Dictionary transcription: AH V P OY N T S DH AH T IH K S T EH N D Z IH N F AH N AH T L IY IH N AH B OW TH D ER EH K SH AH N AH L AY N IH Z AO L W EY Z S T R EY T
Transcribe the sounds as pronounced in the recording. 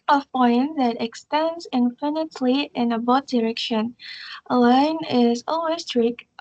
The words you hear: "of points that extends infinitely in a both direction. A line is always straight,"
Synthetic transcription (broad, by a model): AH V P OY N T DH AH T IH K S T EH N D Z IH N F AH N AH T L IY IH N AH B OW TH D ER EH K SH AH N AH L AY N IH Z AO L W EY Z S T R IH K